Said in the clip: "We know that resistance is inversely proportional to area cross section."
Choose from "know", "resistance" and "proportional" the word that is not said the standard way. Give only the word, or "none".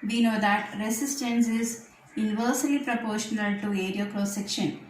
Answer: resistance